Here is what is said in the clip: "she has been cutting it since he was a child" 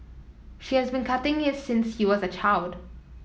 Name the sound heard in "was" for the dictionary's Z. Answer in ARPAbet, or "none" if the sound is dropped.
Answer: Z